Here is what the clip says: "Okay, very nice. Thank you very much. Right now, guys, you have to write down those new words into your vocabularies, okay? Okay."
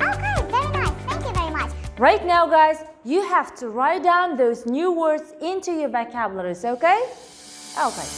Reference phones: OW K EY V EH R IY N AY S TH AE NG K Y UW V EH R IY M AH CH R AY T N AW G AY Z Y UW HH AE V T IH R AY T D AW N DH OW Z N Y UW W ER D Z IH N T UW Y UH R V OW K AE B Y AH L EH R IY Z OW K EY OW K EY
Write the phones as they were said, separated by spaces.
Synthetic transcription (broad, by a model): OW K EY V EH R IY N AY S TH AE NG K Y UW V EH R IY M AH CH R AY T N AW G AY Z Y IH HH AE F T IH R AY T D AW N DH OW Z N Y UW W ER D Z IH N T UW Y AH R B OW K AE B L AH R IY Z OW K EY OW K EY